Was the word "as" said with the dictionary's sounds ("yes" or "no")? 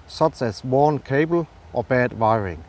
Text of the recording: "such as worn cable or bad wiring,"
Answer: no